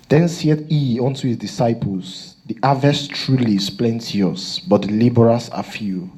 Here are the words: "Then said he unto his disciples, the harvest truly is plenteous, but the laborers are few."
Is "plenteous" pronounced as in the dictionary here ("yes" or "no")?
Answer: yes